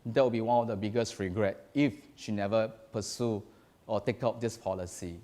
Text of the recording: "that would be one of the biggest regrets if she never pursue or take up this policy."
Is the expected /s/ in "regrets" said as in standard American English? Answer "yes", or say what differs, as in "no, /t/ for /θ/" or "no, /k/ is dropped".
no, /s/ is dropped